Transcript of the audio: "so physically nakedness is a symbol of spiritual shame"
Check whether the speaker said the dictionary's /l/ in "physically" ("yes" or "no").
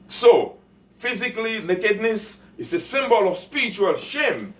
yes